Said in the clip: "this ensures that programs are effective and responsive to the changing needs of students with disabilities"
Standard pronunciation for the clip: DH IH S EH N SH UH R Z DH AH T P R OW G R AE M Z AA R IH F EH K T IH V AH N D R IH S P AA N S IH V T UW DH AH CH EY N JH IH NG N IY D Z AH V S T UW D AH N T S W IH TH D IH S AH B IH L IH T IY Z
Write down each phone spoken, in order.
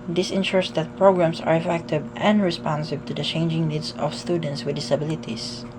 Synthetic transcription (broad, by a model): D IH S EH N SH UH R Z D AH T P R OW G R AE M S AA R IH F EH K T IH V AH N D R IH S P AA N S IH B T UW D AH CH EY N JH IH NG N IY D S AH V S T UW D AH N T S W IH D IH S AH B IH L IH T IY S